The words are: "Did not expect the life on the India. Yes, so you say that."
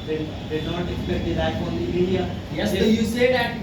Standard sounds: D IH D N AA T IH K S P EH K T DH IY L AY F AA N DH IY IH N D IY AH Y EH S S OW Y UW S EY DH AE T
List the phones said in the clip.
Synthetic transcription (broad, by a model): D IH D N AA T IH K S P EH K T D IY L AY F AA N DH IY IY D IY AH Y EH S S OW Y UW S EY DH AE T